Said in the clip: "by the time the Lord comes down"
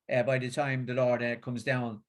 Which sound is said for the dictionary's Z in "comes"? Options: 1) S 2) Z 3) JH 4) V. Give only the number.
2